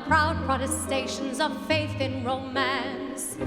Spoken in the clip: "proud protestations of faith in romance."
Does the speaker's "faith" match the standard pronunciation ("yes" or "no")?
yes